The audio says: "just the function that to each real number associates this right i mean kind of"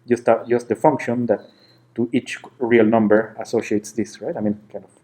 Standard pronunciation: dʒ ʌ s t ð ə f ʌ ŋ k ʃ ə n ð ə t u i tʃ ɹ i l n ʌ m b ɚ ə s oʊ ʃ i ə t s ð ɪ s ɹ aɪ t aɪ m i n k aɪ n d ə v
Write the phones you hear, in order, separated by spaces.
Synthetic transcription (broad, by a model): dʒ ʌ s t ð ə f ʌ ŋ k ʃ ə n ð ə t u i tʃ ɹ i l n ʌ m b ɚ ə s oʊ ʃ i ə t s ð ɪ s ɹ aɪ t aɪ m i n k aɪ n d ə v